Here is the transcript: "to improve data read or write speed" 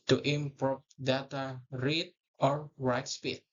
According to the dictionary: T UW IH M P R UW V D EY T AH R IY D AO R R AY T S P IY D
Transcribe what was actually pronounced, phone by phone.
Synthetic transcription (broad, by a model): T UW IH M P R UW P D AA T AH R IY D AO R R AY T S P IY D